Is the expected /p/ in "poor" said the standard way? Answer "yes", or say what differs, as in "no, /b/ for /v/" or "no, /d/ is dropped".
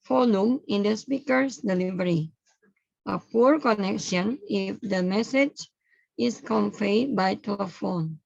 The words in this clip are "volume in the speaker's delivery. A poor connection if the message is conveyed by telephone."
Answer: yes